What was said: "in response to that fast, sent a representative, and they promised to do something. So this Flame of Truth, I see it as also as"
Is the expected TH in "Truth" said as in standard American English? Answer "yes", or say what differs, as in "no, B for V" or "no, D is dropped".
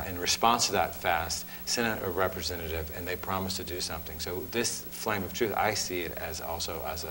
yes